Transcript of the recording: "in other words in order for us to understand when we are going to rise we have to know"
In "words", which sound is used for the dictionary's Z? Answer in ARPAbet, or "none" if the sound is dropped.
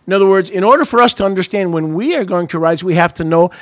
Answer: Z